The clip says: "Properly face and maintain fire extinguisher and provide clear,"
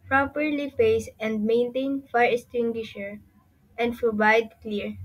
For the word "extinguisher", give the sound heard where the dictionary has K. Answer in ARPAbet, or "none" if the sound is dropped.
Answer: none